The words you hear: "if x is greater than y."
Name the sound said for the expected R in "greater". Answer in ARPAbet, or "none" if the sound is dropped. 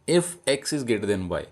none